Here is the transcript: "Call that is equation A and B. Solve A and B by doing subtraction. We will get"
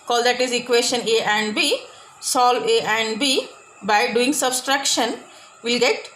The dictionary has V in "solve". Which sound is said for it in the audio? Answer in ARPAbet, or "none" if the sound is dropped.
none